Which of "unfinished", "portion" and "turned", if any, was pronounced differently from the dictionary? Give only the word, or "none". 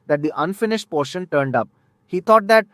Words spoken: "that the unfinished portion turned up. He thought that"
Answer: none